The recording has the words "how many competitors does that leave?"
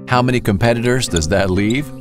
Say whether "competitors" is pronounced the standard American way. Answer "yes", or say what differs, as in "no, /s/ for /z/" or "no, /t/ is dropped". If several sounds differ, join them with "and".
yes